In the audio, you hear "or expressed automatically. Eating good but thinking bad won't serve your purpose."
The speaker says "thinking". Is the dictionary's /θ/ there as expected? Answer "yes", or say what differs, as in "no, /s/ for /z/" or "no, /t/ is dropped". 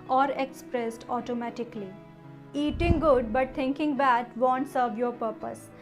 no, /t/ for /θ/